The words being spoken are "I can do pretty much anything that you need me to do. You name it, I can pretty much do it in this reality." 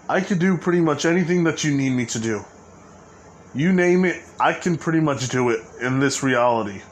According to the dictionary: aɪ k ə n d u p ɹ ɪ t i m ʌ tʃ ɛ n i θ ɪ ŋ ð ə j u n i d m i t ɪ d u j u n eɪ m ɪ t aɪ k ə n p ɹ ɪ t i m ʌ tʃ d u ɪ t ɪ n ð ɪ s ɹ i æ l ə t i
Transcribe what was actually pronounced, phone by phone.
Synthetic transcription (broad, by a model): aɪ k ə d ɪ p ɹ ɪ t i m ʌ tʃ ɛ n i θ ɪ ŋ ð ə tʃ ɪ n i d m i t ɪ d u j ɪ n eɪ m ɪ t aɪ k ə n p ɹ ɪ t i m ʌ tʃ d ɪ ɪ t ɪ n ð ɪ s ɹ i æ l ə t i